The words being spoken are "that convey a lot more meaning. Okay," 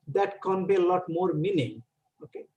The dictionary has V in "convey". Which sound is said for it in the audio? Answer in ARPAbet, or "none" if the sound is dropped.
B